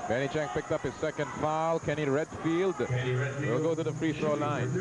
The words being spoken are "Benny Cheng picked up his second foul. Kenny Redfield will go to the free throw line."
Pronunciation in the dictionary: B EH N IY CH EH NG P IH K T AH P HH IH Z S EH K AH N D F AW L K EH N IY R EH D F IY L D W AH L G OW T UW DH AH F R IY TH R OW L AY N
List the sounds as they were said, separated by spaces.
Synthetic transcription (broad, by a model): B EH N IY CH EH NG P IH K T AH P HH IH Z S EH K AH N D F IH L K EH N IY R EH D F IY L D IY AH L G OW T UW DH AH F R IY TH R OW L AY N